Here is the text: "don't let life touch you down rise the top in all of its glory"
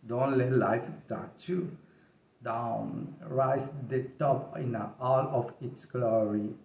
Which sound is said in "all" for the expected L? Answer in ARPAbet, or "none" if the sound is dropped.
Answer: L